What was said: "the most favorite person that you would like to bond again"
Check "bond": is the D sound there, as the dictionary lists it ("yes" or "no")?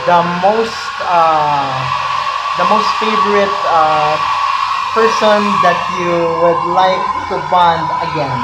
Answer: yes